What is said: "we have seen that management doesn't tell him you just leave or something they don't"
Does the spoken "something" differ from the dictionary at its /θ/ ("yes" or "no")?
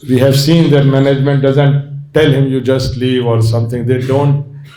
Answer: yes